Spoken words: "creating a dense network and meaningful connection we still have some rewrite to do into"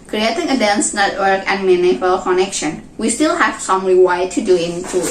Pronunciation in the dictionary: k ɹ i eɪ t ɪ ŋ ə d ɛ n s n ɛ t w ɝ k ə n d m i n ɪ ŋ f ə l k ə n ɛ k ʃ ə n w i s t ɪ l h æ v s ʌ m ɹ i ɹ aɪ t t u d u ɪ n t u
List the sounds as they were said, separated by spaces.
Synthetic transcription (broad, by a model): k ɹ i eɪ t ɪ ŋ ə d ɛ n s n ɛ t w ɝ k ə n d m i n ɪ f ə l k ə n ɛ k ʃ ə n w i s t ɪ l h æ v s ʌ m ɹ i w aɪ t t u d u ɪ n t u